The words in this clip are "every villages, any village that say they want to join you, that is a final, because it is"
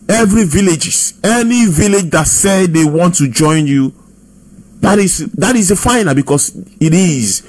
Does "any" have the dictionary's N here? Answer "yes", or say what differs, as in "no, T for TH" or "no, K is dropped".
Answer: yes